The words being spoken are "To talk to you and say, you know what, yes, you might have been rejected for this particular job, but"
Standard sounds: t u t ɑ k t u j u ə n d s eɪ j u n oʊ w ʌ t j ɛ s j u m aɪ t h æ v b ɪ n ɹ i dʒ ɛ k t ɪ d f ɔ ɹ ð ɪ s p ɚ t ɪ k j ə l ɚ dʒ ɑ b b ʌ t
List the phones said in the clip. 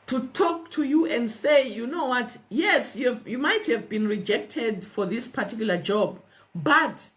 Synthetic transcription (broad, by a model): t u t ɑ k t u j u ə n d s eɪ j u n oʊ w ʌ t j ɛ s j u m aɪ t h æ v b ɪ n ɹ i dʒ ɛ k t ɪ d f ɔ ɹ ð ɪ s p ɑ t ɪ k j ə l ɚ dʒ ɑ b b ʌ t